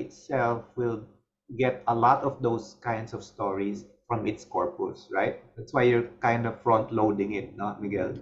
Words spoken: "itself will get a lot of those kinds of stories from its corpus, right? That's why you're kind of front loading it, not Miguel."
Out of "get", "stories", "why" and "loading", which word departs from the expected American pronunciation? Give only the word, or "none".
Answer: stories